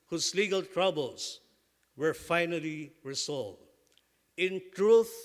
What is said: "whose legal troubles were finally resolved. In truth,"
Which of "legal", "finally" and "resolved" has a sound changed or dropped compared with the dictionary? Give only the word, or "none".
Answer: resolved